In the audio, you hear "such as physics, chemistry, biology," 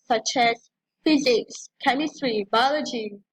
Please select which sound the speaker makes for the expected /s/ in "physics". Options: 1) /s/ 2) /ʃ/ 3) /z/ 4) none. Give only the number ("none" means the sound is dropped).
1